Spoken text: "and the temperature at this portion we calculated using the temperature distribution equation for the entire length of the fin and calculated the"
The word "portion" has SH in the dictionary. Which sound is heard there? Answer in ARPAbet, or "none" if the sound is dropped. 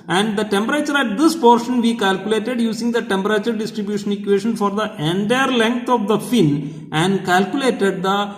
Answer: SH